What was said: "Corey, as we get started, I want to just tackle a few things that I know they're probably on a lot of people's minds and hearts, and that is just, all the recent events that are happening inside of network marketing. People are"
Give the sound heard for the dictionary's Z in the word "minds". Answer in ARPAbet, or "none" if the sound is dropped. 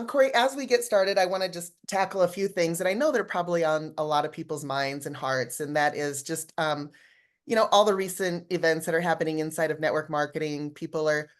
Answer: Z